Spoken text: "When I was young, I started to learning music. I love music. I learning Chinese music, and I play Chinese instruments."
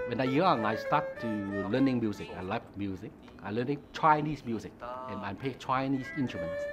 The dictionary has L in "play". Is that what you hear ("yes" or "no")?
no